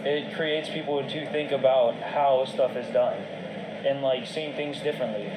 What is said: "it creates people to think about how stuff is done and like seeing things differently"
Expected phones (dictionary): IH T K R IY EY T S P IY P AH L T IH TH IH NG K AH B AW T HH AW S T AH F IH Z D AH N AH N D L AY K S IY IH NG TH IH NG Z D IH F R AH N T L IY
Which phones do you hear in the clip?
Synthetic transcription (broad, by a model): IH T K R IY EY T S P IY P L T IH TH IH NG K AH B AW T HH AW S T AH F IH Z D AH N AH N L AY K S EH IH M TH IH NG Z D IH F R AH N T L IY